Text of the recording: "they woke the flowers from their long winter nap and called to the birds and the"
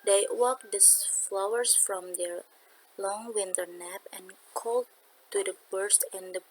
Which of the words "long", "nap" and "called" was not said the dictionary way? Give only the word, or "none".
none